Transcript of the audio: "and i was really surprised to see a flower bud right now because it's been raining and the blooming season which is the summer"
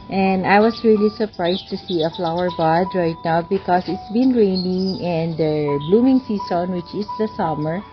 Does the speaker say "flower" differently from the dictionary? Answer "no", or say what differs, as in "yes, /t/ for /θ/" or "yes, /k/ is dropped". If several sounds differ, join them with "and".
no